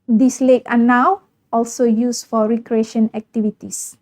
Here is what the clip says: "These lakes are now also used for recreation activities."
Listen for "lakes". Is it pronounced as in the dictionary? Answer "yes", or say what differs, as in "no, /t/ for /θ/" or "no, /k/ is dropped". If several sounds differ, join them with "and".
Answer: no, /s/ is dropped